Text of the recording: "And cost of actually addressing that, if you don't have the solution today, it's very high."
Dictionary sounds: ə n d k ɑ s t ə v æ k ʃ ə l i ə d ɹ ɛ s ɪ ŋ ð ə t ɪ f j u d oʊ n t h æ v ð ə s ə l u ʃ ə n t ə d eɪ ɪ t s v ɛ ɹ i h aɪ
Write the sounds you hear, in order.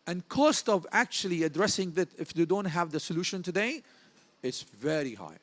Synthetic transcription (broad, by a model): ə n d k ɑ s t ə v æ k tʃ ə l i ə d ɹ ɛ s ɪ ŋ ð ə t ɪ f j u d oʊ n t h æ v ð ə s ə l u ʃ ə n t ə d eɪ ɪ t s v ɛ ɹ i h aɪ